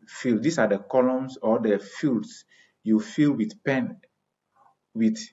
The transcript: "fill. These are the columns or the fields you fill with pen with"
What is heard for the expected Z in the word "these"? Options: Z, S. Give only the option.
S